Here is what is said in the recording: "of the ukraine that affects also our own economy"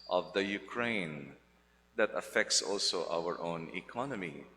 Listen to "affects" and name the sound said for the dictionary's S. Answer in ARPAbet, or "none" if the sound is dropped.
S